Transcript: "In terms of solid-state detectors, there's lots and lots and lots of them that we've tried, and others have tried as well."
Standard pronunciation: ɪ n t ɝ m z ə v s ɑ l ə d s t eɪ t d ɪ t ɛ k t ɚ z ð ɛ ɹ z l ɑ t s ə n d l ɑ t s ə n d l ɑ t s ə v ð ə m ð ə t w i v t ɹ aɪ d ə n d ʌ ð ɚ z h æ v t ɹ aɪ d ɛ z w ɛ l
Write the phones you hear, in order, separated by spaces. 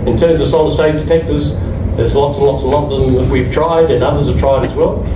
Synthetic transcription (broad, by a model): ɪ n t ɝ m z ə v s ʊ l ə s t eɪ t d ɪ t ɛ k t ɚ z ð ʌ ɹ z l ɑ t s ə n l ɑ t s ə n l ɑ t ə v ð ə m ð ə t w i v t ɹ aɪ d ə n ʌ ð ɚ z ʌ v t ɹ aɪ d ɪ z w ɛ l